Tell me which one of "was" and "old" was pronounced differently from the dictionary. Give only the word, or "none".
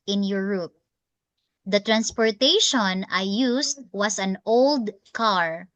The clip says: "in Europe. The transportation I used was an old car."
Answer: was